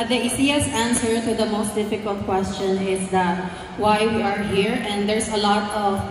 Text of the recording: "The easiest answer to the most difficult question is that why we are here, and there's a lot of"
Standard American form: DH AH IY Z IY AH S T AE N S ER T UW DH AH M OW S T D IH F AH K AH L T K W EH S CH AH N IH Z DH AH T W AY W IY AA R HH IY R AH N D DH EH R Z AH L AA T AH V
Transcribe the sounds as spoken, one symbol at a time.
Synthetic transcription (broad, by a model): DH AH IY S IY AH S AE N S ER T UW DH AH M OW S T D IH F AH K AH L T K W EH S CH AH N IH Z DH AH T W AY W IY AA R HH IY R AH N D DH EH R S AH L AA T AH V